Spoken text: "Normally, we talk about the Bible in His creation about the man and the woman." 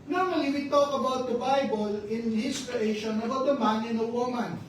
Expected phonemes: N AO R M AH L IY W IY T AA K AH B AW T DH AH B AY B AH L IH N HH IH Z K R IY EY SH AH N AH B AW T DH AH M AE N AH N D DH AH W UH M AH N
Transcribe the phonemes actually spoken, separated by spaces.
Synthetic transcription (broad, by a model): N AO R M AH L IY W IY T AA K AH B AW T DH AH B AY B AH L IH N HH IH S K R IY EY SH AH N AH B AW T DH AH M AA N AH N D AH W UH M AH N